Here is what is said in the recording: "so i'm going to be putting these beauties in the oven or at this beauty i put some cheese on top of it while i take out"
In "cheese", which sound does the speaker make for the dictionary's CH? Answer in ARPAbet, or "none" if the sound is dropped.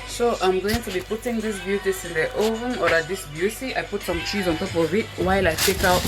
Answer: CH